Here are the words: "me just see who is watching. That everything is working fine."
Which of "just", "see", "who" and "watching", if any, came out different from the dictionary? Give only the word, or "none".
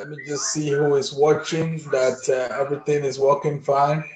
none